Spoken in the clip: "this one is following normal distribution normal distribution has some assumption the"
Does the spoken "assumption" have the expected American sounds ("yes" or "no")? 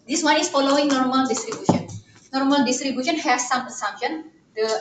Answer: no